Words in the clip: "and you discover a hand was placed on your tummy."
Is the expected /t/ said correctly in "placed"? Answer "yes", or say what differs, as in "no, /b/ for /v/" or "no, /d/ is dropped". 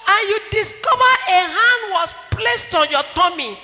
yes